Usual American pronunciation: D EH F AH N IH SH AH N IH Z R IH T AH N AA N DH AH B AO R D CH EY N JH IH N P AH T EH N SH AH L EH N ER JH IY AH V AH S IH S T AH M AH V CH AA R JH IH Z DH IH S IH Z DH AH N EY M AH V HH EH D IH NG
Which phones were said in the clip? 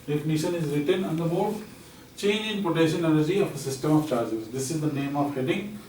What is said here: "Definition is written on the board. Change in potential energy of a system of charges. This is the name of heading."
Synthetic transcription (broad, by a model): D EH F N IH SH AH N IH Z R IH T AH N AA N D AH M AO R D CH EY N JH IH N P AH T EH SH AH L EH N ER JH IY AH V AH S IH S T AH M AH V CH AA R JH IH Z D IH S IH Z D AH N EY M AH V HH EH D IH NG